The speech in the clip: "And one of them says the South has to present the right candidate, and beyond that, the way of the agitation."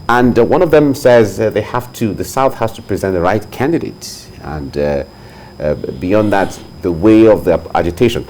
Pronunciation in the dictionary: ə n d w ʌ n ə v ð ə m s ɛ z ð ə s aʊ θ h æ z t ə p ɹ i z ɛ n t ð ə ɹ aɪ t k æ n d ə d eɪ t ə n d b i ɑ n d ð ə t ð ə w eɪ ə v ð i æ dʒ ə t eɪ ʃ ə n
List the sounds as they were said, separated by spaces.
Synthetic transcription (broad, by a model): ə n w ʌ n ə v ð ə m s ɛ z ð ə s aʊ θ h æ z t ə p ɹ i z ɛ n t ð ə ɹ aɪ t k æ n d ə d eɪ t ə n b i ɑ n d ð ə t ð ə w eɪ ə v ð i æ dʒ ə t eɪ ʃ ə n